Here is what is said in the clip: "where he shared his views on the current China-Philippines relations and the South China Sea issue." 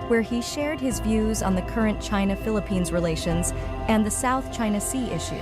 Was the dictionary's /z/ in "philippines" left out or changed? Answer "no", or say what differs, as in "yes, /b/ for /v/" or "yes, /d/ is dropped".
no